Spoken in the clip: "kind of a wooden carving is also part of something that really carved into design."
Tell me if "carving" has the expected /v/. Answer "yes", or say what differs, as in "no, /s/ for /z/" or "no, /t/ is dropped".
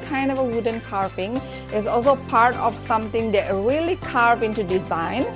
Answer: no, /p/ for /v/